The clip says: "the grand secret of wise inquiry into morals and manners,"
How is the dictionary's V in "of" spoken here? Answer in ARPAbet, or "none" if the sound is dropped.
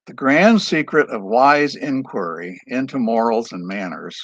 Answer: V